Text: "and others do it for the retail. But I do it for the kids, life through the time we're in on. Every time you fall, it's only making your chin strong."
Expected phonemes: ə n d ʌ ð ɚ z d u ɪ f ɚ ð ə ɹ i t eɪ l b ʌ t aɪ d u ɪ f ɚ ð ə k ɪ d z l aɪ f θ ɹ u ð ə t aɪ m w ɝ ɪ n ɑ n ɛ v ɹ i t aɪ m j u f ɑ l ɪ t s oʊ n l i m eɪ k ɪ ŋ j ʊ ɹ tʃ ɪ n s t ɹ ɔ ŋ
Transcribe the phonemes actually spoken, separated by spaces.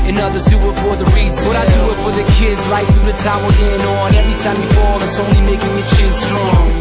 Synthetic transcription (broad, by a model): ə n ʌ ð ɚ z d u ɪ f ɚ ð ə ɹ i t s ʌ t aɪ d u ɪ f ɚ ð ə k ɪ d z l aɪ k θ ɹ u ð ə t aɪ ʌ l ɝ ɪ n ɑ n ɛ v ɹ i t aɪ m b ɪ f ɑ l ɪ t s oʊ n l i m eɪ k ɪ ŋ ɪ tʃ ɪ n s t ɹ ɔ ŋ